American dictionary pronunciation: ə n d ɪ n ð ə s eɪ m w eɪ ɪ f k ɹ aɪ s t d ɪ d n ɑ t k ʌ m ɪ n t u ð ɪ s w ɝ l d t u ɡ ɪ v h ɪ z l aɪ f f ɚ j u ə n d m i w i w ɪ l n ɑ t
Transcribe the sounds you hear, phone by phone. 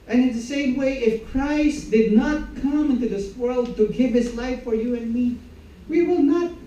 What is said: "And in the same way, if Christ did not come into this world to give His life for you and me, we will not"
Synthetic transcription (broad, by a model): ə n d ɪ n ð ə s eɪ m w eɪ ɪ f k ɹ aɪ s t d ɪ d n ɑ t k ʌ m ɪ n t u ð ɪ s w ɝ l d t u ɡ ɪ v h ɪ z l aɪ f f ɚ j u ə n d m i w i w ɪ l n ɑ t